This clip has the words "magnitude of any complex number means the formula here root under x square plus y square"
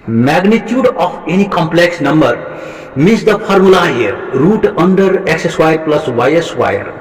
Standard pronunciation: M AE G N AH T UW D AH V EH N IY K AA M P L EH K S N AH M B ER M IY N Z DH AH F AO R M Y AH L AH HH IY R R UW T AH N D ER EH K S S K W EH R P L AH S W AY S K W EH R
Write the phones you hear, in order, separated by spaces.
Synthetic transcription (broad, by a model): M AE G N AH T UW D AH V EH N IY K AA M P L EH K S N AH M B ER M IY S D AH P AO R M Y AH L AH HH IY R R UW T AH N D ER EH K S S W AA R P L AH S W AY S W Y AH R